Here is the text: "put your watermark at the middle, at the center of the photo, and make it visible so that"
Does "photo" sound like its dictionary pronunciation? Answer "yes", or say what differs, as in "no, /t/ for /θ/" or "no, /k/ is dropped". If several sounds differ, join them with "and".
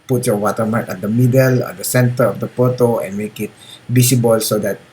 no, /p/ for /f/